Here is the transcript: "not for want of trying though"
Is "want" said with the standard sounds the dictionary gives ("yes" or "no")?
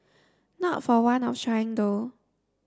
no